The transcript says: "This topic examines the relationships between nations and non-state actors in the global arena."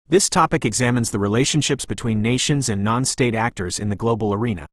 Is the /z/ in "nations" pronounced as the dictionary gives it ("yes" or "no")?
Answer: yes